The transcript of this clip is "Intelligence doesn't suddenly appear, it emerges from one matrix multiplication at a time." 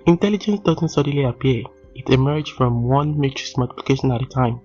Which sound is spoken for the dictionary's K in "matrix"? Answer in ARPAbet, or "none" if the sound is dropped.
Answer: none